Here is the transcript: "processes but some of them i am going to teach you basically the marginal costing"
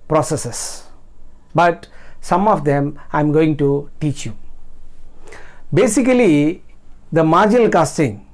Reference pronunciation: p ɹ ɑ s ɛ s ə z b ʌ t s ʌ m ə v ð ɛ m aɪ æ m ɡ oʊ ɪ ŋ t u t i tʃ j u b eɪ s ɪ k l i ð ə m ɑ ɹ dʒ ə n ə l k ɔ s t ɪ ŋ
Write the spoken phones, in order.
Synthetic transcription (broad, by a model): p ɹ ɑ s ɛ s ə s b ʌ t s ʌ m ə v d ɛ m aɪ m ɡ oʊ ɪ ŋ t u t i tʃ j u b eɪ s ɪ k l i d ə m ɑ ɹ dʒ ə n ə l k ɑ s t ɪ ŋ